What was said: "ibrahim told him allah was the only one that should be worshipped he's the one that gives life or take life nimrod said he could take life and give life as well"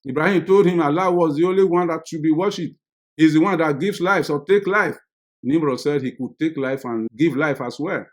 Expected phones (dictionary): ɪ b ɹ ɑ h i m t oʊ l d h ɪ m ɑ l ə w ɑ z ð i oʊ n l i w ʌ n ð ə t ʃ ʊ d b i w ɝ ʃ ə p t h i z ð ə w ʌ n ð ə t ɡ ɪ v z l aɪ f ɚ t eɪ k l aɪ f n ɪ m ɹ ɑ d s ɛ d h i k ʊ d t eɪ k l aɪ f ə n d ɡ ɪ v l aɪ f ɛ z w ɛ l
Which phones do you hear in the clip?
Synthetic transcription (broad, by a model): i b ɹ ɑ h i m t oʊ l d h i m ɑ l ə w ɑ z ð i oʊ n l i w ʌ n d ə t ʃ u b i w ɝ ʃ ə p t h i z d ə w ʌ n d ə t ɡ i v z l aɪ f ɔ t eɪ k l aɪ f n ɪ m ɹ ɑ s ɛ d h i k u d t eɪ k l aɪ f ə n ɡ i v l aɪ f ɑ s w ɛ